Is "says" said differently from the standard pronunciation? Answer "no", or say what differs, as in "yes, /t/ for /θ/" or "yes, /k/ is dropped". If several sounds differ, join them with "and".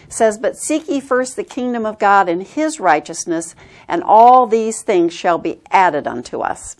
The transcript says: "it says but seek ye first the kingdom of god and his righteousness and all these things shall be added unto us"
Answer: no